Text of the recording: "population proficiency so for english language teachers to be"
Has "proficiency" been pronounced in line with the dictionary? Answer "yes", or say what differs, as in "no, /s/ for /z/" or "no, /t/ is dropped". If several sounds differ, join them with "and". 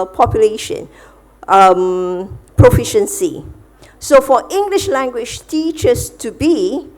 yes